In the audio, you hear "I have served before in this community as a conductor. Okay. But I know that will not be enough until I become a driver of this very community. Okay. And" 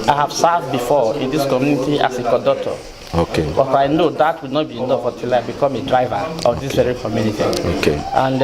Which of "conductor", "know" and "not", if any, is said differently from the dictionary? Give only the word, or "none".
conductor